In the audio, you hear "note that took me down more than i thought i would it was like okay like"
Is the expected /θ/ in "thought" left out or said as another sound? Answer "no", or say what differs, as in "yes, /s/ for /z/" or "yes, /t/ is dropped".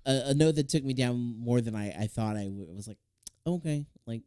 no